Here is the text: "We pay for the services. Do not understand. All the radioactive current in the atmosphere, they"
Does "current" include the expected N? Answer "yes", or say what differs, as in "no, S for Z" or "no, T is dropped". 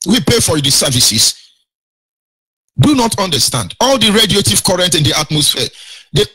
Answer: yes